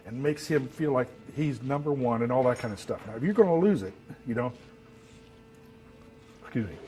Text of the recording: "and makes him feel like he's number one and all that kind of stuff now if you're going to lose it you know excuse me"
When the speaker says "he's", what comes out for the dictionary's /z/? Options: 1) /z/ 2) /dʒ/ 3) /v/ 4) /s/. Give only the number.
1